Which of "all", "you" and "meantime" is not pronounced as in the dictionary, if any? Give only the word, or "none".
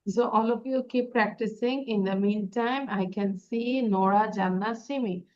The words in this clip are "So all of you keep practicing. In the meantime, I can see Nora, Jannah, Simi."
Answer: none